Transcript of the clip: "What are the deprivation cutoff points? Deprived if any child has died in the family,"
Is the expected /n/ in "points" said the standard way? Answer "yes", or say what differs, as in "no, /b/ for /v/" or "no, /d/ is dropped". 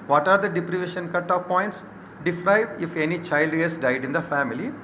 yes